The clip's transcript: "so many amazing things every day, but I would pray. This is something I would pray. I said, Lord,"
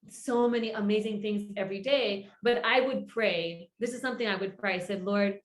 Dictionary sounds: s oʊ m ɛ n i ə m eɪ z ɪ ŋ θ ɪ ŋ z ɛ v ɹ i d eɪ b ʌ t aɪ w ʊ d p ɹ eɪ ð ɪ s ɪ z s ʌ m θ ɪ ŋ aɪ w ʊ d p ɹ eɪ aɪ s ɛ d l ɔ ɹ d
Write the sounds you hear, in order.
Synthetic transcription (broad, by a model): s oʊ m ɛ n i ə m eɪ z ɪ ŋ θ ɪ ŋ z ɛ v ɹ i d eɪ b ʌ t aɪ w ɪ d p ɹ eɪ ð ɪ s ɪ z s ʌ m θ ɪ ŋ aɪ w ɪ d p ɹ eɪ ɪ s ɛ d l ɔ ɹ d